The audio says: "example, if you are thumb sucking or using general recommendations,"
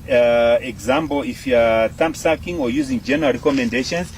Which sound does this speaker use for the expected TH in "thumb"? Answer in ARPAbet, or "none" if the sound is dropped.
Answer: T